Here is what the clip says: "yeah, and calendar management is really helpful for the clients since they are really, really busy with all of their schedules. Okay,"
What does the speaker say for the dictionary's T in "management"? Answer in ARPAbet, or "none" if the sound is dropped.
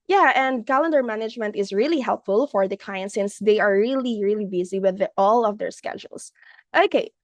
T